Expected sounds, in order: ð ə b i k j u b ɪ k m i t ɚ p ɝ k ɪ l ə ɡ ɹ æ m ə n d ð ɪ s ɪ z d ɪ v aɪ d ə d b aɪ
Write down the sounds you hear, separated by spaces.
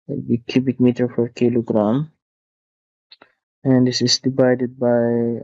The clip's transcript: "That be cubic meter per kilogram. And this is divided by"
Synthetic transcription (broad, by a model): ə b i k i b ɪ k m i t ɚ f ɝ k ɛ l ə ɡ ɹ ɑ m ə n d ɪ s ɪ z d ɪ v aɪ d ə d b aɪ